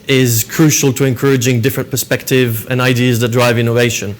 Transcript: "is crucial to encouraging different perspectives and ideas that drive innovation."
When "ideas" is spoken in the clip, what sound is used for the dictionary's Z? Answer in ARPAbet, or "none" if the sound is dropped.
Z